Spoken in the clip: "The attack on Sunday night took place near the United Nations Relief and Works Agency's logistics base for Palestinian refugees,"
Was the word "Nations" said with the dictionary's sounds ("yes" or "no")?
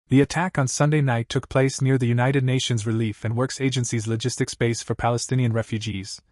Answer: yes